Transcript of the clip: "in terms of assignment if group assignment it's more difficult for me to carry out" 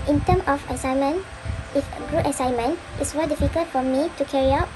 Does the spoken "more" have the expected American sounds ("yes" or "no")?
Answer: no